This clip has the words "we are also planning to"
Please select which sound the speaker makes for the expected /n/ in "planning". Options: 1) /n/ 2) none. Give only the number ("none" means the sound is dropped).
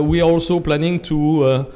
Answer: 1